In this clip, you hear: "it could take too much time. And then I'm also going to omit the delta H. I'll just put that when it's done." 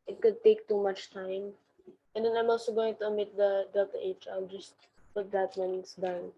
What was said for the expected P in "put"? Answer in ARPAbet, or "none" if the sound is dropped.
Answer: B